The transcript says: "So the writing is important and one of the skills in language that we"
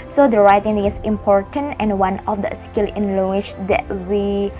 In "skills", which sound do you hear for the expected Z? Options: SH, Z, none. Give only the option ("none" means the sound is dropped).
none